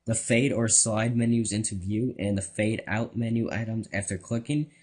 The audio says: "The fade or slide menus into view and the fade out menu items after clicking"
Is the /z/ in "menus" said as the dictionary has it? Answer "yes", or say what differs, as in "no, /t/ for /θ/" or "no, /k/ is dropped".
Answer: yes